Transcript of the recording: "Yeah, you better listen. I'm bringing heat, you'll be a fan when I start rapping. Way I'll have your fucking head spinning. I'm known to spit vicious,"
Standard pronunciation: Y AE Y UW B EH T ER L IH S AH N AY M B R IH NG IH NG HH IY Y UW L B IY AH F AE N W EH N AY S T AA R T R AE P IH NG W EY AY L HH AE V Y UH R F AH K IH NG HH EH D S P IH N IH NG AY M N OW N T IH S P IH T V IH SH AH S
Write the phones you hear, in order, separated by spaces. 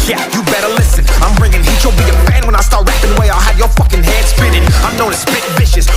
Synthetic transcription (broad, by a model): Y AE Y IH B EH T ER L IH S AH N AY M B R IH NG IH NG HH IY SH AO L B IY AH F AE N W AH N AY S T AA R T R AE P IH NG W EY AY L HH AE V Y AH R F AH K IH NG HH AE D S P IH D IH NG AY M N OW N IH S B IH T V IH SH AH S